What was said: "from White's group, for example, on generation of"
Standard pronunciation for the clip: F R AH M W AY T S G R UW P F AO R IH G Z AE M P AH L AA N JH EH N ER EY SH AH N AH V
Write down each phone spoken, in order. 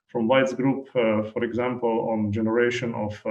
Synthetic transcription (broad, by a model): F R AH M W AY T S G R UW P F AO R IH G Z AE M P AH L AA N JH EH N ER EY SH AH N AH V